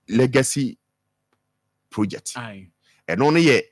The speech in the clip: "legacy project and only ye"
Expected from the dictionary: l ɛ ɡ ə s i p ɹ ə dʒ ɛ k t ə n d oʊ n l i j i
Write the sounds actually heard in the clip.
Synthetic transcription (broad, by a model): l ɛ ɡ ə s i p ɹ ə dʒ ɛ k t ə n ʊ n i j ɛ